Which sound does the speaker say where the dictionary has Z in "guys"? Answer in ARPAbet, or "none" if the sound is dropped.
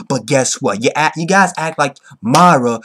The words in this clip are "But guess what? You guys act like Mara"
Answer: Z